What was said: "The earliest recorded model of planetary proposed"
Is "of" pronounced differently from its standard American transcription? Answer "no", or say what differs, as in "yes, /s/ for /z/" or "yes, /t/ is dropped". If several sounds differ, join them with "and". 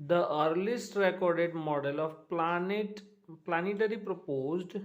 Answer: yes, /p/ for /v/